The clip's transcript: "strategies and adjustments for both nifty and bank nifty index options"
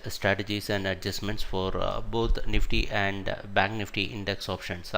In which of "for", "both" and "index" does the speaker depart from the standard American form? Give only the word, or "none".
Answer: both